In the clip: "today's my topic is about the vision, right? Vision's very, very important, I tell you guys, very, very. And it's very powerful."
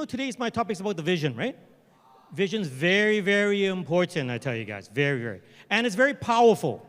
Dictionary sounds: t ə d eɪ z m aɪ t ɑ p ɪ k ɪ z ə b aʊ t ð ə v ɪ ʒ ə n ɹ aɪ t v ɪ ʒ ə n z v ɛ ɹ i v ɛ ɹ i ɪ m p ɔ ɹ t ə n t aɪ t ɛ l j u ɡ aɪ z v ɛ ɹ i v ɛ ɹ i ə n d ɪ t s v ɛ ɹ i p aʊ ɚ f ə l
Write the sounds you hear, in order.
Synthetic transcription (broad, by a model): t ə d eɪ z m aɪ t ɑ p ɪ k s ə b aʊ t ð ə v ɪ ʒ ə n ɹ aɪ t v ɪ ʒ ə n z v ɛ ɹ i v ɛ ɹ i ɪ m p ɔ ɹ t ə n t aɪ t ɛ l j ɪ ɡ aɪ z v ɛ ɹ i v ɛ ɹ i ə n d ɪ t s v ɛ ɹ i p aʊ ɚ f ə l